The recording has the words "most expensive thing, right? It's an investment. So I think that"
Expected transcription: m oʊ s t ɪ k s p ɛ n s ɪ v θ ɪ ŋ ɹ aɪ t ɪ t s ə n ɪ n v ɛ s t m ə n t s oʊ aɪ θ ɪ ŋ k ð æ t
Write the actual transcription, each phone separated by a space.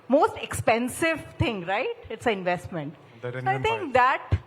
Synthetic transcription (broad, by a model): m oʊ s t ɪ k s p ɛ n s ɪ v t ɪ ŋ ɹ aɪ t ɪ t s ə ɪ n v ɛ s t m ə n t s oʊ aɪ t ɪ ŋ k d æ t